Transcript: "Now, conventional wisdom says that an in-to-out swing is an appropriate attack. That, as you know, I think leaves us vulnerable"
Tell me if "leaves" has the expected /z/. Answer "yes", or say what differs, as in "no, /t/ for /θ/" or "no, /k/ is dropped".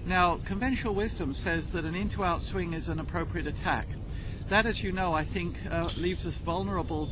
yes